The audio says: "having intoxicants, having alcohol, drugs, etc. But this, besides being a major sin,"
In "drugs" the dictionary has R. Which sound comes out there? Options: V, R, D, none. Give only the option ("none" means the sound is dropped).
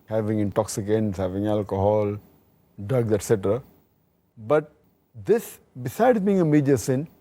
none